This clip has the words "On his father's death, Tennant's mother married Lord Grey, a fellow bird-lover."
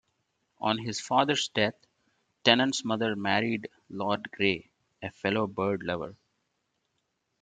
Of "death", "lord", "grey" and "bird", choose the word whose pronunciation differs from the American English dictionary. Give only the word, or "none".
death